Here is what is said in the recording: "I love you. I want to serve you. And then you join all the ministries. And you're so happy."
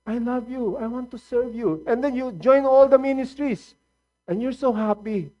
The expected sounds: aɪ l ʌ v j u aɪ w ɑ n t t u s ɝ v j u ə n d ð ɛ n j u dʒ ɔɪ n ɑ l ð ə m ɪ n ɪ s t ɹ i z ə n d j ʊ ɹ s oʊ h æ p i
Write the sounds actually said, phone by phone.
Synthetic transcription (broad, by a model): aɪ l ʌ v j u aɪ w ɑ n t t u s ɝ v j u ə n d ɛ n j u dʒ ɔɪ n ɑ l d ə m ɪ n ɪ s t ɹ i s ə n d j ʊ ɹ s oʊ h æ p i